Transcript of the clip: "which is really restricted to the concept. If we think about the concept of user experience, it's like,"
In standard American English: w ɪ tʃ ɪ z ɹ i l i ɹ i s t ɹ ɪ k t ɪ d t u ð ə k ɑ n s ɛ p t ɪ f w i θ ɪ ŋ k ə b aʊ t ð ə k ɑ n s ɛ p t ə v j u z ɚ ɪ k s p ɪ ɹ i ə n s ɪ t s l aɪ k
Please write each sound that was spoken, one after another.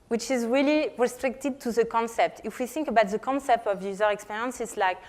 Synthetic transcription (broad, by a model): w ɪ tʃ ɪ z ɹ i l i ɹ i s t ɹ ɪ k t ɪ d t u ð ə k ɑ n s ɛ p t ɪ f w i θ ɪ ŋ k ə b aʊ t ð ə k ɑ n s ɛ p t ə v j u z ɚ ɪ k s p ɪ ɹ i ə n s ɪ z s l aɪ k